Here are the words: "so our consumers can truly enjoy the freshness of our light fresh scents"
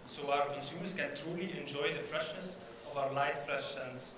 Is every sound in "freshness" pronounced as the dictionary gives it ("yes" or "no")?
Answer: yes